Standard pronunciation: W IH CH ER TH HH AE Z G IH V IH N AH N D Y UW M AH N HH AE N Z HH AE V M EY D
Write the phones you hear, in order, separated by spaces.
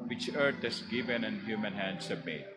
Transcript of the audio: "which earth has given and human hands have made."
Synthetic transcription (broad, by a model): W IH CH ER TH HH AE S G IH V IH N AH N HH Y UW M AH N HH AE N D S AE B M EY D